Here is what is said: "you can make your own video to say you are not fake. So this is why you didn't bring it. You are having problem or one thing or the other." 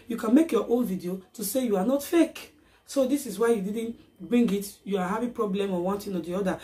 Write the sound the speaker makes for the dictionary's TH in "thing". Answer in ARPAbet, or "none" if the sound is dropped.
T